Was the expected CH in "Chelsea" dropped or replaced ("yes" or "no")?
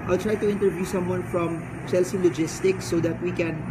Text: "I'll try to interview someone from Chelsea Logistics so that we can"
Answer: yes